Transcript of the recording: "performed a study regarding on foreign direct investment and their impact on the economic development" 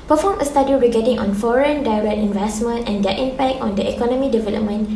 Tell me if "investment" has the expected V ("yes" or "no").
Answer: yes